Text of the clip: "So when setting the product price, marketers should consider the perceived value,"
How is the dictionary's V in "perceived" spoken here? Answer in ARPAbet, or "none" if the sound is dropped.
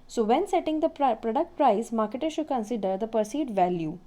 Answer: none